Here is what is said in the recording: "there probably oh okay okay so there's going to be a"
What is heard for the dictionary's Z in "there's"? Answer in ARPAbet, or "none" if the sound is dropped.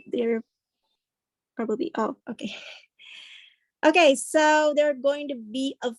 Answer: none